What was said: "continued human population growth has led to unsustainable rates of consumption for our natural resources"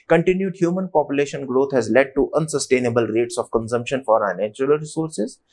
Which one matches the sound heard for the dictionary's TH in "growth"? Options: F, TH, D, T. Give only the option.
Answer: T